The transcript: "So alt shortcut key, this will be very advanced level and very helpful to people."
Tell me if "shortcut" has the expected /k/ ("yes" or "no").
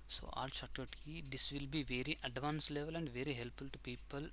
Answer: no